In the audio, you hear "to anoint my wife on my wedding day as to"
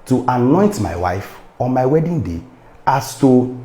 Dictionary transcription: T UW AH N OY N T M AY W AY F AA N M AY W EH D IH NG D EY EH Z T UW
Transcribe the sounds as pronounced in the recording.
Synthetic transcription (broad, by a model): T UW AH N OY N T M AY W AY F AA N M AY W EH D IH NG D EY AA S T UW